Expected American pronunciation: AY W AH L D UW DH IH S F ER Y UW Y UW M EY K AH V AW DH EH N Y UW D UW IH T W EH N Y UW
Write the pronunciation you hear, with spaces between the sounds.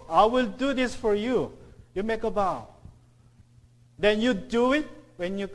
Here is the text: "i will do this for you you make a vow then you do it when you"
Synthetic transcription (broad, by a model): AY W AH L D UW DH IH S F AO Y UW Y UW M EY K AH B AW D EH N Y UW D UW IH T W EH N Y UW